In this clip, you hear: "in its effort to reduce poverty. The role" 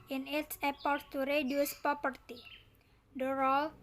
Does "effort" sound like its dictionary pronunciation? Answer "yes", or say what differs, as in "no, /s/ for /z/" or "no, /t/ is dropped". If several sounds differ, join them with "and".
no, /p/ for /f/